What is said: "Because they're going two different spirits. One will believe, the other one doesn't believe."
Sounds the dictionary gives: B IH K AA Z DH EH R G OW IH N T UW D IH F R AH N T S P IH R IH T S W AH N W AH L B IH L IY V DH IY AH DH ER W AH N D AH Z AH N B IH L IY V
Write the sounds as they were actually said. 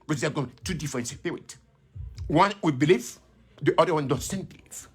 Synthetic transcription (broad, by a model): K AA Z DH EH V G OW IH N T UW D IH F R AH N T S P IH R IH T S W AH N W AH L B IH L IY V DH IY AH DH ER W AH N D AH S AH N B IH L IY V